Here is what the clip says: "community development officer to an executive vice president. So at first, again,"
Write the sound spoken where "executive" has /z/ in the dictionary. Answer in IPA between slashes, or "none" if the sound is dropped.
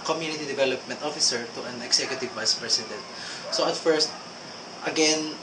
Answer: /s/